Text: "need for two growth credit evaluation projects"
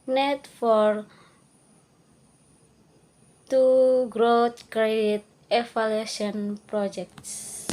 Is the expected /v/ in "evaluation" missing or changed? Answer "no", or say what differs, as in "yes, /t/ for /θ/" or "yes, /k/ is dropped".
yes, /f/ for /v/